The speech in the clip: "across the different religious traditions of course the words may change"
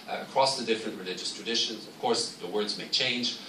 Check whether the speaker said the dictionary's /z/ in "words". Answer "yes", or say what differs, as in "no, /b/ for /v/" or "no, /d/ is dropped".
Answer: yes